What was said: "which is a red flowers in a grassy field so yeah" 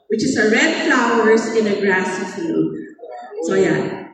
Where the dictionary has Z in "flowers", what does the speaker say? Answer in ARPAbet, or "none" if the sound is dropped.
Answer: S